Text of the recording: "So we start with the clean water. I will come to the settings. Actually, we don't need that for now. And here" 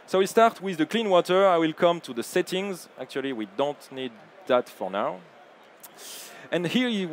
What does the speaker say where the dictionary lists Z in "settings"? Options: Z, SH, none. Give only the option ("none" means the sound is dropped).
Z